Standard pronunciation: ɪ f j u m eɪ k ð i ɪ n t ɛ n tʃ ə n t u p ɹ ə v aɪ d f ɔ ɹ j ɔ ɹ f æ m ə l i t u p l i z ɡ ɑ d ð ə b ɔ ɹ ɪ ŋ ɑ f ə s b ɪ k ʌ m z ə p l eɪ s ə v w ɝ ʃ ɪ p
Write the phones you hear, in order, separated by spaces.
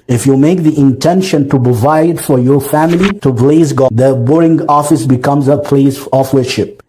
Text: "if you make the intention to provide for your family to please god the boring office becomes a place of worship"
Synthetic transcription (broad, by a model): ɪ f j u m eɪ k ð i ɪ n t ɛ n ʃ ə n t u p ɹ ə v aɪ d f ɔ ɹ j ɔ ɹ f æ m ə l i t u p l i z ɡ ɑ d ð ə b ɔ ɹ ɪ ŋ ɑ f ə s b ɪ k ʌ m z ə p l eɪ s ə f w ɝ ʃ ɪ p